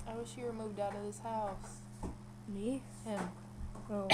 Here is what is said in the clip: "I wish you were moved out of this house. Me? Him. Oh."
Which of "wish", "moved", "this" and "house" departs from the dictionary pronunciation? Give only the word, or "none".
none